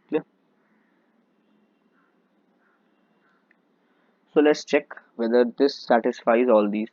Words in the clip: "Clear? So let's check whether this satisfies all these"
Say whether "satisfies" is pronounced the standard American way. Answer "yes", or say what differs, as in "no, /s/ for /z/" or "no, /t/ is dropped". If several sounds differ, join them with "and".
yes